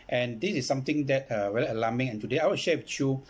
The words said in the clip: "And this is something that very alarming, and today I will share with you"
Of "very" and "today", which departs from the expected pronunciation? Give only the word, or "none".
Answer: very